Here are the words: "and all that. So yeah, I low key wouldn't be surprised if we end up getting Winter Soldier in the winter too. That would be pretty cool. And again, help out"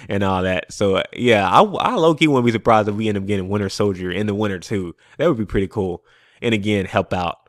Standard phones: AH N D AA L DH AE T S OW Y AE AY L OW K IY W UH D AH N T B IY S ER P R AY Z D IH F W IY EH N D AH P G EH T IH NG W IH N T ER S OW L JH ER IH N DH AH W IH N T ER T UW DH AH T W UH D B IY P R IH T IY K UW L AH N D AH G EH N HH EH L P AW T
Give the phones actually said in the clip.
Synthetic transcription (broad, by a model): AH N AA L DH AE T S OW Y AE AY L OW K IY W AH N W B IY S ER P R AY Z D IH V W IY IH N AH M G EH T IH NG W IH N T ER S OW L JH ER IH N DH AH W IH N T ER T UW DH AH T W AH D B IY P R IH T IY K UW L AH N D AH G EH N HH EH L P AW T